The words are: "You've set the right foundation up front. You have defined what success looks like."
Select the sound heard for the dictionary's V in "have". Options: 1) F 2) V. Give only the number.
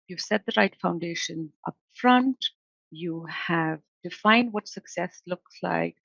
2